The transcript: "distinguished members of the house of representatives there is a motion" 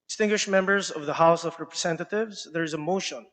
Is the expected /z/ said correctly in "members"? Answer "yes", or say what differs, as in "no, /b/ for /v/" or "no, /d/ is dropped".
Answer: yes